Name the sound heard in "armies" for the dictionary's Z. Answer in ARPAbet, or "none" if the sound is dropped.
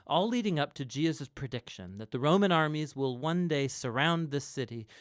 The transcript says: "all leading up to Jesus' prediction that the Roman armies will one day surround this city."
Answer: Z